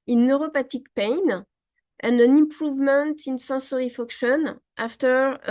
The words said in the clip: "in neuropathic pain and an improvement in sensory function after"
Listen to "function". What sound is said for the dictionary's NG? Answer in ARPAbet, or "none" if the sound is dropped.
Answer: none